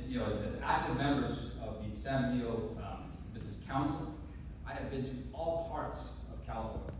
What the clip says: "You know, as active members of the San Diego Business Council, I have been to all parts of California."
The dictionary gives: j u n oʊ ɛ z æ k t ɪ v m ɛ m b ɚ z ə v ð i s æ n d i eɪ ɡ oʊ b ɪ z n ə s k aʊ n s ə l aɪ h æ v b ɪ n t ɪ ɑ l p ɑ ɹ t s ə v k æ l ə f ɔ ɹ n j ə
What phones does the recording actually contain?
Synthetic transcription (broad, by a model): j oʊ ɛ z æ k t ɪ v m ɛ m b ɚ z ə v ð i s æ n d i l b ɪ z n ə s k aʊ n s l aɪ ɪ v b ɪ n t ɪ ɑ l p ɑ ɹ t s ə v k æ l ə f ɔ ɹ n